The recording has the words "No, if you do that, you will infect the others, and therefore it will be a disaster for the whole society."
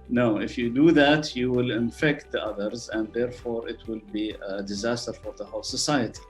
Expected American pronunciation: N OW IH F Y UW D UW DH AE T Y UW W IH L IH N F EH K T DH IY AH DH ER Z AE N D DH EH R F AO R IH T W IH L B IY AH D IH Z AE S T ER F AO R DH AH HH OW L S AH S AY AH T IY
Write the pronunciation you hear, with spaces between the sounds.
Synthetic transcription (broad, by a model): N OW IH F Y UW D UW DH AE T Y UW W IH L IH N F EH K T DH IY AH DH ER Z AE N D DH EH R F AO R IH T W IH L B IY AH D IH Z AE S T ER F AO R DH AH HH OW L S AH S AY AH T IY